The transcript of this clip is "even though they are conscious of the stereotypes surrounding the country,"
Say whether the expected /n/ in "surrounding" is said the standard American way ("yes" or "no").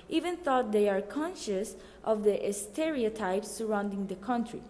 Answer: yes